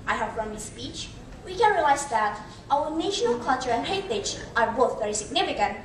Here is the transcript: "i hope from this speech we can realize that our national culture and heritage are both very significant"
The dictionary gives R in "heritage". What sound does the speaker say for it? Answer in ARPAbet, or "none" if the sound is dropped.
none